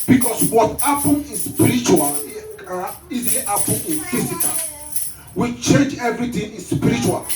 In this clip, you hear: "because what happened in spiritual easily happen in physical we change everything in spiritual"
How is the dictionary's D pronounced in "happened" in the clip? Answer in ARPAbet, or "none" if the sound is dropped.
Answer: none